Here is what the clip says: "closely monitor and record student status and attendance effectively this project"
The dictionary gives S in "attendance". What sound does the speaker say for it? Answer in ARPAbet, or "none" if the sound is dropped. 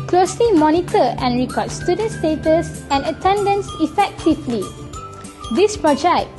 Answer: S